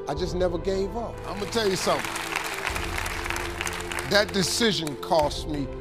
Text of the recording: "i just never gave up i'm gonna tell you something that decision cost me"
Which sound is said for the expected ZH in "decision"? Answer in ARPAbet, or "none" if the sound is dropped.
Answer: ZH